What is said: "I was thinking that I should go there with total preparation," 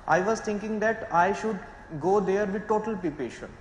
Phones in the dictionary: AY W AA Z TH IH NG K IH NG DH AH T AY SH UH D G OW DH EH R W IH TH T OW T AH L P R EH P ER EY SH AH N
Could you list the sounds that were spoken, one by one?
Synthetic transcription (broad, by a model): AY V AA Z T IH NG K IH NG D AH T AY SH UH D G OW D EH R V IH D T OW T AH L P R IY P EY SH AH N